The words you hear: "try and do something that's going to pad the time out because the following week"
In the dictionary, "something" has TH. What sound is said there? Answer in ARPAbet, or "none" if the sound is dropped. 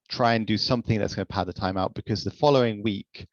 TH